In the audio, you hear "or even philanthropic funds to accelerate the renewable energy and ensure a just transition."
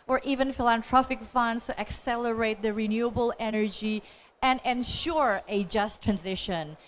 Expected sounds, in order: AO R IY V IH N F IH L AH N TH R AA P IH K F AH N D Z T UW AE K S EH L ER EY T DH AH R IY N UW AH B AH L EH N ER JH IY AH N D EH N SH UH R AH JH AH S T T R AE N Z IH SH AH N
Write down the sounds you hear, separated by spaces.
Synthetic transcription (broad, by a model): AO R IY V IH N F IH L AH N T R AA F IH K F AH N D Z T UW AE K S EH L ER EY T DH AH R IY N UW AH B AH L EH N ER JH IY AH N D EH N SH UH R AH JH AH S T T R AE N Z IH SH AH N